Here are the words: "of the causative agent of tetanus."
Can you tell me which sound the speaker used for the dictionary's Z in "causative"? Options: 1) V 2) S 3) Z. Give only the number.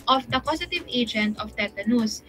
2